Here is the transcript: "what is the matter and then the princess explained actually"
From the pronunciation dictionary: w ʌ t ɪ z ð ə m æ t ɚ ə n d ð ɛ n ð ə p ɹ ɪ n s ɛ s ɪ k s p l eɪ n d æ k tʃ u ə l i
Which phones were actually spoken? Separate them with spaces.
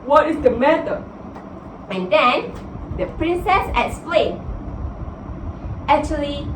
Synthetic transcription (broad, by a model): w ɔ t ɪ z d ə m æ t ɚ ə n d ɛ n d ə p ɹ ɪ n s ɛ s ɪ k s p l eɪ n æ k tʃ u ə l i